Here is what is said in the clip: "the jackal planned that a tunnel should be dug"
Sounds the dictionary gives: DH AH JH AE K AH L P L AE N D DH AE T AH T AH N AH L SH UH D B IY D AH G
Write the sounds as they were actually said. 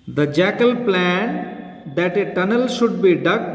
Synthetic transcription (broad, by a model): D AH JH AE K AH L P L AE N D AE T AH T AH N AH L SH UH D B IY D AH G